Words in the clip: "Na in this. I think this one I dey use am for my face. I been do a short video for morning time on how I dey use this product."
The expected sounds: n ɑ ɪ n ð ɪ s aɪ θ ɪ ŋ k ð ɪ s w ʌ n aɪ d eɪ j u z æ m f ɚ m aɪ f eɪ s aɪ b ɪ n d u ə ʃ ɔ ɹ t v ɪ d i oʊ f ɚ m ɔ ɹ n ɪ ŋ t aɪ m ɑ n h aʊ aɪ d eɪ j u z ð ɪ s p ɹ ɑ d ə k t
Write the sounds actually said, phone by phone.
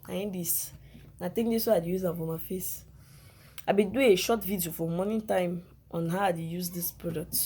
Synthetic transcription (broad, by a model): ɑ ɪ n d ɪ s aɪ t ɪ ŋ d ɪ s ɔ aɪ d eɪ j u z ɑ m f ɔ m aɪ f eɪ s aɪ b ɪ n d u ə ʃ ɔ t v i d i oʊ f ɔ m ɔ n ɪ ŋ t aɪ m ɑ n h aʊ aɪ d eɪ j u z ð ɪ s p ɹ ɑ d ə k t